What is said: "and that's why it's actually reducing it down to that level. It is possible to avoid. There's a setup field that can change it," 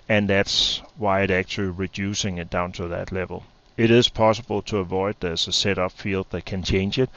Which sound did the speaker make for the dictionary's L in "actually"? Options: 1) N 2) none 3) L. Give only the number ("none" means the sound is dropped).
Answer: 3